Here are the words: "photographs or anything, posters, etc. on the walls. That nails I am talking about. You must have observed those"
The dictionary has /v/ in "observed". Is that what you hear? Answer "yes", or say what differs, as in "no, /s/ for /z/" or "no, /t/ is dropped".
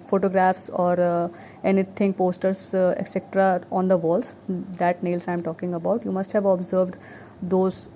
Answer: yes